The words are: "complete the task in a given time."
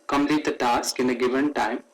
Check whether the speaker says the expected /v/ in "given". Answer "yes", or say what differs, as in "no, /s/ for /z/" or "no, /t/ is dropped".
yes